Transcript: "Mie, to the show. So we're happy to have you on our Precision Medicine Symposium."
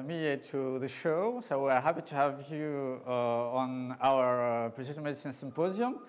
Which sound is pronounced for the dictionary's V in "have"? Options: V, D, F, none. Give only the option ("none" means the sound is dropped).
V